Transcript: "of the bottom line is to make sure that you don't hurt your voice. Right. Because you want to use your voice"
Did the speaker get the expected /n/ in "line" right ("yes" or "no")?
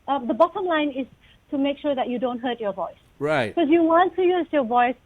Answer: yes